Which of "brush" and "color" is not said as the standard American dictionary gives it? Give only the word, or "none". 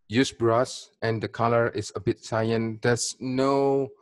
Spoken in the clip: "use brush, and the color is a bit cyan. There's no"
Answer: brush